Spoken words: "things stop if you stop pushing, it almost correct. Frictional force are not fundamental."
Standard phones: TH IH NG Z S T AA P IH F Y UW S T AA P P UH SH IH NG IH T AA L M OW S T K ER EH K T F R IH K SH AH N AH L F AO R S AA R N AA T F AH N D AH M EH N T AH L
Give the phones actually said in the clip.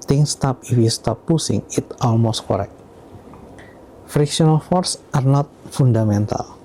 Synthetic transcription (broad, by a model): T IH NG S T AA P IH F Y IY S T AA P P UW S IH NG IH T AA L M OW S T K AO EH K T F R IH K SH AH N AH L F AO R S AA R N AA T F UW N D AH M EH N T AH L